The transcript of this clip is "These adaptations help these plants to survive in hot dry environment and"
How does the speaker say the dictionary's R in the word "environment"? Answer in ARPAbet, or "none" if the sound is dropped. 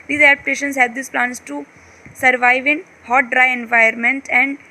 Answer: none